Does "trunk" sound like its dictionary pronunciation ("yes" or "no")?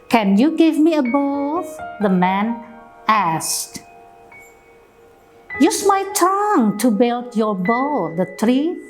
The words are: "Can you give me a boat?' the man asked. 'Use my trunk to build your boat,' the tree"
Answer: no